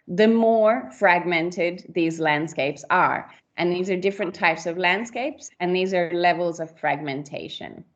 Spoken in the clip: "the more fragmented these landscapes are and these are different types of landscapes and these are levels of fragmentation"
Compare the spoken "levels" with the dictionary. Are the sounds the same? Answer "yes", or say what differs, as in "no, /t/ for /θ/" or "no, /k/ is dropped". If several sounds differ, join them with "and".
yes